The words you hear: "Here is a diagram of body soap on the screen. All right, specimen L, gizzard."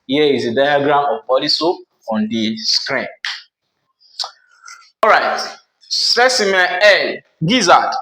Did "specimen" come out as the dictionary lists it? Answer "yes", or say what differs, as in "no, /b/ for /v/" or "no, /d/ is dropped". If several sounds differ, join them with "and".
no, /n/ is dropped